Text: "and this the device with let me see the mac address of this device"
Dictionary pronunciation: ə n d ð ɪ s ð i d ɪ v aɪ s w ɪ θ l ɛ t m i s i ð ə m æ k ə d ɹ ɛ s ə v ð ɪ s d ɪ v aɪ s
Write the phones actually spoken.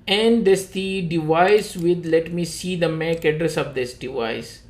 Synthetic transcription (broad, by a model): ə n d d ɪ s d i d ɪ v aɪ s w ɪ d l ɛ t m i s i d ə m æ k ə d ɹ ɛ s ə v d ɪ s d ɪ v aɪ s